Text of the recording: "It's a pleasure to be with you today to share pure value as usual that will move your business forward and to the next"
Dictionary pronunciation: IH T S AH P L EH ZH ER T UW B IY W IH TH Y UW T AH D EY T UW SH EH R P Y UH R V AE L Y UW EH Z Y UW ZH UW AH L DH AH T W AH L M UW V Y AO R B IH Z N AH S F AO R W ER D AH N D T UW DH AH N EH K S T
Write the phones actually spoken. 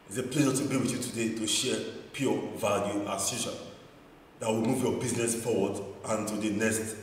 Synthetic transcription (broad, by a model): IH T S AH P L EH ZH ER T UW B IY W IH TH Y UW T AH D EY T UW SH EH P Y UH V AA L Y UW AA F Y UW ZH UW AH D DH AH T W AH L M UW V Y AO B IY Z N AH S F AO W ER D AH N T UW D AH N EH S T